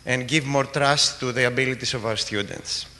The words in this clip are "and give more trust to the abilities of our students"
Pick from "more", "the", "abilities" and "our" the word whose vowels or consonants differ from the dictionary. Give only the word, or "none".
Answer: abilities